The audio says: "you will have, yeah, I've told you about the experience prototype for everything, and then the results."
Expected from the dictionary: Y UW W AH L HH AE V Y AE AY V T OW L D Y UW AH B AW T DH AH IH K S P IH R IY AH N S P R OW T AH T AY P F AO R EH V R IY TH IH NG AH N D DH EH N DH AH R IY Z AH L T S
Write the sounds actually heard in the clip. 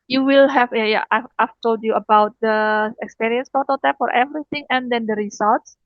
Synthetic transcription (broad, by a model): Y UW W AH L HH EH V Y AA AY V T OW L D Y UW AH B AW T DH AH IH K S P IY R IY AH N S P OW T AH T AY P F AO R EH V R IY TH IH NG AH N D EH N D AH R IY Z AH L T S